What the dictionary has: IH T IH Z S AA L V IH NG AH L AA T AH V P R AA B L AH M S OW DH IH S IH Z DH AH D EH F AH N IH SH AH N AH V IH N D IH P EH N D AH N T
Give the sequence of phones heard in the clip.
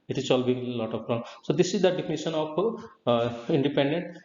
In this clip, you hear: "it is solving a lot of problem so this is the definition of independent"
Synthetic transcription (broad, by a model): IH T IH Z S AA L B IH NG AH L AA T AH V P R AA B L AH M S OW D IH S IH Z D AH D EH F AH N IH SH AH N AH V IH N D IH P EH N D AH N T